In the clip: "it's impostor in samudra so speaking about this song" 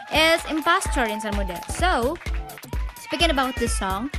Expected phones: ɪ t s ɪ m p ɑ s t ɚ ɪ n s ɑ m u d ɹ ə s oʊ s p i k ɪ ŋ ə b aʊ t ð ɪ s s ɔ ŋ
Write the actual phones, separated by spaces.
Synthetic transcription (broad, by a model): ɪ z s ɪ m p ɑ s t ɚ ɪ n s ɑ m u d ə s oʊ s p i k ɪ ŋ ə b aʊ t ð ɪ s s ɔ ŋ